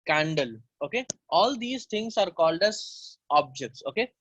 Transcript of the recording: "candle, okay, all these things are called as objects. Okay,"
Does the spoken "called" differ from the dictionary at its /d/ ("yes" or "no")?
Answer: no